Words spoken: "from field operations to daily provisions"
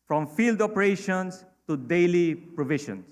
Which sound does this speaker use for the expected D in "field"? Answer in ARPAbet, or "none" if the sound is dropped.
D